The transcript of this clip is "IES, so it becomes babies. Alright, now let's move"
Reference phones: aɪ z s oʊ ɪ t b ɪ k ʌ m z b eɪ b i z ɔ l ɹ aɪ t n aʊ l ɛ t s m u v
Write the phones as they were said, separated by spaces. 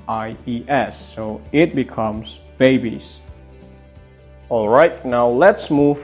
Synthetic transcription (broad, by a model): aɪ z s oʊ ɪ t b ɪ k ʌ m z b eɪ b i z ɔ l ɹ aɪ t n aʊ l ɛ t s m u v